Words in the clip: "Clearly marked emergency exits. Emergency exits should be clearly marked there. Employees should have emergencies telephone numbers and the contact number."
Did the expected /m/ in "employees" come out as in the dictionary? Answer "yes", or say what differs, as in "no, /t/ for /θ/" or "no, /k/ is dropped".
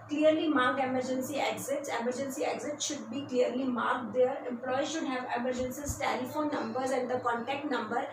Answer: no, /m/ is dropped